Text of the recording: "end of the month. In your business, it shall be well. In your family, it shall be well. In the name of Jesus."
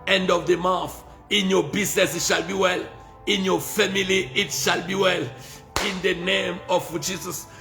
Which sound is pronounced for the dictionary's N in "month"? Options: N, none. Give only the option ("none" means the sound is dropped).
none